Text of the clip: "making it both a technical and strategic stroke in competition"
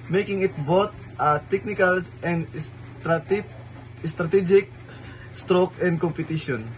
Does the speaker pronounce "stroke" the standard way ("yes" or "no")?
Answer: yes